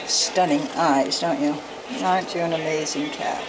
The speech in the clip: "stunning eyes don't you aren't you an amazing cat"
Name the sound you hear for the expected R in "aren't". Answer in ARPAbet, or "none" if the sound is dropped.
none